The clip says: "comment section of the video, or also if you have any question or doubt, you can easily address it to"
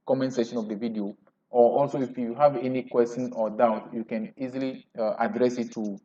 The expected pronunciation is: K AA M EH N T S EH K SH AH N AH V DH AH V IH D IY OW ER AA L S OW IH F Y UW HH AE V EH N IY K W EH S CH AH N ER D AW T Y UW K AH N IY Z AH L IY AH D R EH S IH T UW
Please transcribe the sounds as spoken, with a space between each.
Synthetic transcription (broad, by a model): K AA M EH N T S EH SH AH N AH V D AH V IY D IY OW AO AA L S OW IH F Y UW HH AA V EH N IY K W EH S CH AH N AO D AW T Y UW K AH N IY Z AH L IY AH D R EH S IH T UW